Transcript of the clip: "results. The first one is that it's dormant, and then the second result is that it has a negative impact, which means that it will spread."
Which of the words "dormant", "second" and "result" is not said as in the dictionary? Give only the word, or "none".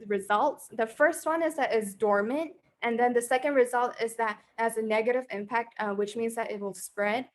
none